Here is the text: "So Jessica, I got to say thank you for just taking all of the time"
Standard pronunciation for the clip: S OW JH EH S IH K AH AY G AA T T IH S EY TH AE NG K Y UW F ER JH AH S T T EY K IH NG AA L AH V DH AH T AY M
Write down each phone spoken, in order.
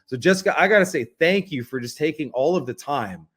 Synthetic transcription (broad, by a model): S OW JH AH S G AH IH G AA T T IH S EY TH AE NG K Y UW F ER JH AH S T T EY K IH NG AA L AH V DH AH T AY M